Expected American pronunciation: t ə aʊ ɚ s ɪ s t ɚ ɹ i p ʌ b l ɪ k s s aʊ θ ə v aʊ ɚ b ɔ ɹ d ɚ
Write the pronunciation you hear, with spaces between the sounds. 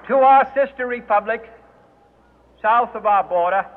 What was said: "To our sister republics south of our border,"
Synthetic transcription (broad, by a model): t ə aʊ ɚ s ɪ s t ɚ ɹ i p ʌ b l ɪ k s s aʊ θ ə v aʊ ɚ b ɔ ɹ d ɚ